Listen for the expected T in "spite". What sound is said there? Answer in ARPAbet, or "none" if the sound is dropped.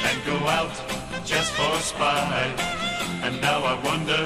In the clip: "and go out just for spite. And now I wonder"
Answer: none